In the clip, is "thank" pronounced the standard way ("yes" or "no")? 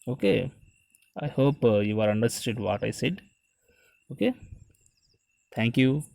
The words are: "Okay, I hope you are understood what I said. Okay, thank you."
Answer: no